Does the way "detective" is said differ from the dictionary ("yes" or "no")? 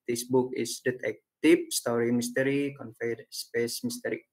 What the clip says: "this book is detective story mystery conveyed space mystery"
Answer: yes